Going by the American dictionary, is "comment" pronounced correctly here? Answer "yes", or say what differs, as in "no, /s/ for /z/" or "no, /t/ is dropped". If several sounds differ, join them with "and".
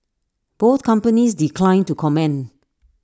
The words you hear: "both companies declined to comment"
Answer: no, /t/ is dropped